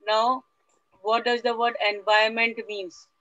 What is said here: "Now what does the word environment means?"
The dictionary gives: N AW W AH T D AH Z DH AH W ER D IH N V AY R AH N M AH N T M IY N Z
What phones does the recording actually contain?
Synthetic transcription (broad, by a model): N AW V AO T D AH Z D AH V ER D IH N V AY AH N M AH N T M IY N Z